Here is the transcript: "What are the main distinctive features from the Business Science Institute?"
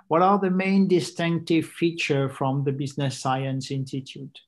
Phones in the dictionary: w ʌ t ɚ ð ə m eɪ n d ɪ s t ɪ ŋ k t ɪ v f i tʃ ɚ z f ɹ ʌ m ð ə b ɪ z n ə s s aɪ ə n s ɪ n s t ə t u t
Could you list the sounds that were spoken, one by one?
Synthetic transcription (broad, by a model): w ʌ t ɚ ð ə m eɪ n d ɪ s t ɪ ŋ k t ɪ v f i tʃ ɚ f ɹ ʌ m ð ə b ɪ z n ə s s aɪ ə n s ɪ n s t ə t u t